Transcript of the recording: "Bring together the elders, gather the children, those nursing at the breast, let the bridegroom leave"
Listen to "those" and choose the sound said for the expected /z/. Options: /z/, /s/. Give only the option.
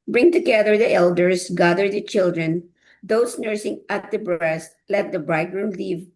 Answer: /s/